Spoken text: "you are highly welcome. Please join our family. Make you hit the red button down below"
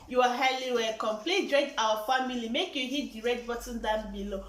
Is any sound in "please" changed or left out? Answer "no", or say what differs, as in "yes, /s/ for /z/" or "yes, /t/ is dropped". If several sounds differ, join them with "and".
yes, /z/ is dropped